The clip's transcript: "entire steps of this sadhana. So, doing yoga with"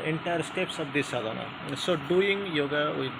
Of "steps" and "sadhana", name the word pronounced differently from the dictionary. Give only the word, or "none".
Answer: none